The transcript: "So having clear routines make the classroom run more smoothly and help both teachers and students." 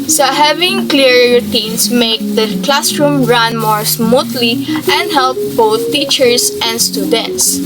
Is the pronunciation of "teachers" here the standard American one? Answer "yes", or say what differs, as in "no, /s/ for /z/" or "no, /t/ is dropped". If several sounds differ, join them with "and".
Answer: no, /s/ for /z/